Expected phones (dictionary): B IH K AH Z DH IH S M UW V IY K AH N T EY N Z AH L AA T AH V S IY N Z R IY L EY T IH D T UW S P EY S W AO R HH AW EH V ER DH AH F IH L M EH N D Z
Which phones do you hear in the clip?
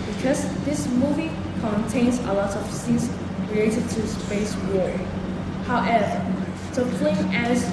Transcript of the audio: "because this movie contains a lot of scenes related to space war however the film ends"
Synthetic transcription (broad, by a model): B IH K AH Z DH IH S M UW V IY K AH N T EY N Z AH L AA T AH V S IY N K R IY EY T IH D T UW S P EY S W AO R HH AW EH V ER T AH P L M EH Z